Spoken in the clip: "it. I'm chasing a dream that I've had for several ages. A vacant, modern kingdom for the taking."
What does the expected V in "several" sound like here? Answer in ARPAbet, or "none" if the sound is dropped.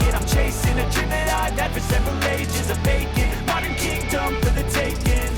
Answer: V